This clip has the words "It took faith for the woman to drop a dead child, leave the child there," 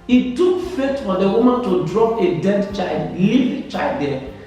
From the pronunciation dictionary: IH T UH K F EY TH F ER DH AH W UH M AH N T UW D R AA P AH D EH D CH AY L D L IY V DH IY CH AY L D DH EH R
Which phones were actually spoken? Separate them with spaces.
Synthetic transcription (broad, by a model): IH T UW K F EY T F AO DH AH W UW M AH N T UW D R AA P AH D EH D CH AY L D L IY V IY CH AY L D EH